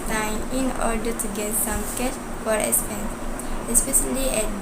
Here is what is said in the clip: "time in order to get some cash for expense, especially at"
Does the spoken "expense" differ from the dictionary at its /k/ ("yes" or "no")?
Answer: yes